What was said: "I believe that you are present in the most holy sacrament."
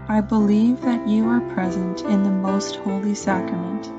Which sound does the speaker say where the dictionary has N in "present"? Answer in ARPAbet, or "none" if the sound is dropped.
N